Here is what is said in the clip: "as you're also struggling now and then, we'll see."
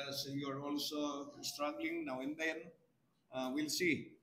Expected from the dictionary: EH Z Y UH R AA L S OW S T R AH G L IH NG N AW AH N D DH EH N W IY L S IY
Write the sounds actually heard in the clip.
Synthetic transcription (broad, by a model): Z Y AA R AA L S OW S T R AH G L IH NG N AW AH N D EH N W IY L S IY